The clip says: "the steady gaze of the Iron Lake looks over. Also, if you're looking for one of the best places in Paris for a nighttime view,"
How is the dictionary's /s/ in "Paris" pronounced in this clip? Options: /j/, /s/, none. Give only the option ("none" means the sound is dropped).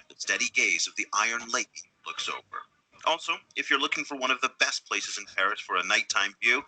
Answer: /s/